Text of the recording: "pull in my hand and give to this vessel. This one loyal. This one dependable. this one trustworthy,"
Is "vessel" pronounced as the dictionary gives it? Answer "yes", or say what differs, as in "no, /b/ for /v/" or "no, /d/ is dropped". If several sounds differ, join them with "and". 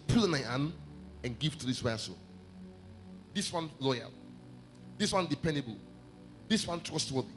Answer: no, /w/ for /v/